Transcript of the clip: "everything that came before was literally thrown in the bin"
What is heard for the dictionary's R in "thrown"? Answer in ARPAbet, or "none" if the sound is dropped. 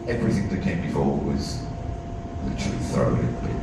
none